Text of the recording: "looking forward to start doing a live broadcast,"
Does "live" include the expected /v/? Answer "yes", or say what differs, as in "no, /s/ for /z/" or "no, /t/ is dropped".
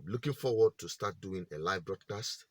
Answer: yes